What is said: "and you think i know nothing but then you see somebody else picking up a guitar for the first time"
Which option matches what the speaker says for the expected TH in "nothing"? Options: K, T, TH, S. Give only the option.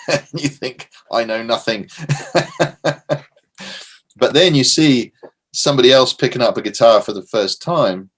TH